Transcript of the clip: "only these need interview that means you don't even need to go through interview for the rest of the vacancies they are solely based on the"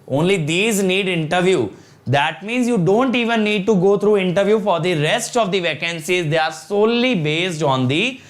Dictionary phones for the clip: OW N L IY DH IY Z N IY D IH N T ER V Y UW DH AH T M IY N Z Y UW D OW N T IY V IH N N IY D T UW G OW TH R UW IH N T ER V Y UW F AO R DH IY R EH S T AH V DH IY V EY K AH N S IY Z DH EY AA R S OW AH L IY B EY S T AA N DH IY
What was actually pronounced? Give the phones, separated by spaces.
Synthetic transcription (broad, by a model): OW N L IY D IY Z N IY D IH N T ER V Y UW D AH T M IY N Z Y UW D OW N T IY V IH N N IY D T UW G OW T R UW IH N T ER V Y UW F AO R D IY R EH S T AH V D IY V EY K AH N S IY Z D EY AA R S OW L IY B EY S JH AA N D IY